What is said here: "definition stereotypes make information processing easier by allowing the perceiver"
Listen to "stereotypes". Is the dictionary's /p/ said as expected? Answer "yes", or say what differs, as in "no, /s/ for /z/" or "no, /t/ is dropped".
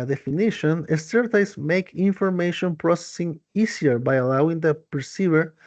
no, /p/ is dropped